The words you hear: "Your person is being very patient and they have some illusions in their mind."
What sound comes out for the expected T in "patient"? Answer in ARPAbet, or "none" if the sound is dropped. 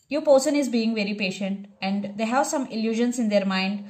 T